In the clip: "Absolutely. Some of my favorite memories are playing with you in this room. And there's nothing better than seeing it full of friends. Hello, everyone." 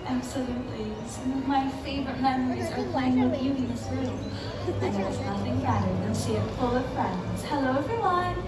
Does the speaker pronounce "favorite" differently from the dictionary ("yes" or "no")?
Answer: no